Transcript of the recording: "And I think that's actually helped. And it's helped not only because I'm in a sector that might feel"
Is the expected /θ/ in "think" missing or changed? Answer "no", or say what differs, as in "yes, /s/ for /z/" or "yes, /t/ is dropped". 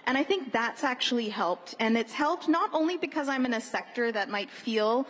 no